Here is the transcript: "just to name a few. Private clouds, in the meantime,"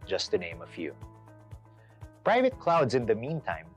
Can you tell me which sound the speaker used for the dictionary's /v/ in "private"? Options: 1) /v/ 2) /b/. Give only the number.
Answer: 1